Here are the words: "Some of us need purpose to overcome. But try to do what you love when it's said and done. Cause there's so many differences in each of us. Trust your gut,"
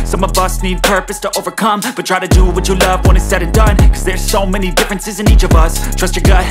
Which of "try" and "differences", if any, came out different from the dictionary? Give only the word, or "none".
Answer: none